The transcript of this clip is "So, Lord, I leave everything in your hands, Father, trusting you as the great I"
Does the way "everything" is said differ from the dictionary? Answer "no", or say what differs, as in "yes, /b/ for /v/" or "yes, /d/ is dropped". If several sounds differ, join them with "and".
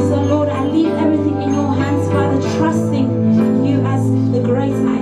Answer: no